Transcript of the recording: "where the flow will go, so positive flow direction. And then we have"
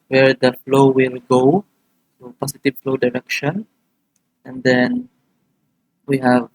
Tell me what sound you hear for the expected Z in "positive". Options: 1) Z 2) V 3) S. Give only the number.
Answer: 3